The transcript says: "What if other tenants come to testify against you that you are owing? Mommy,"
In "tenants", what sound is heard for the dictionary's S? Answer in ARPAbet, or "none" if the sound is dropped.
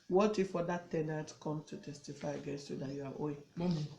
none